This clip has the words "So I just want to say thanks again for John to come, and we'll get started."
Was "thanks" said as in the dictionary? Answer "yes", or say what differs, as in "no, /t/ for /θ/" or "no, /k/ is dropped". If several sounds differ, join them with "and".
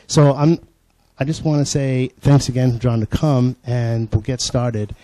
yes